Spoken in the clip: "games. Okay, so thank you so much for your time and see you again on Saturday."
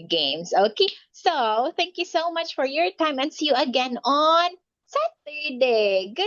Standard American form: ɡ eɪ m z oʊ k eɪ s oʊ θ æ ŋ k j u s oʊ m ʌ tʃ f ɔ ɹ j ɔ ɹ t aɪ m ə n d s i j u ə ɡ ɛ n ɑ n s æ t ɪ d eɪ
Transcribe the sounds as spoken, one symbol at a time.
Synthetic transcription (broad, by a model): ɡ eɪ m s oʊ k eɪ s oʊ θ æ ŋ k j u s oʊ m ʌ tʃ f ɔ ɹ j ɔ ɹ t aɪ m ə n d s i j u ə ɡ ɛ n ɑ n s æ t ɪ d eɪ